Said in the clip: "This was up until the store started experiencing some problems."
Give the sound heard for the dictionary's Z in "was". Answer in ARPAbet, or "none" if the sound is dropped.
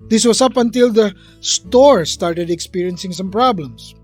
S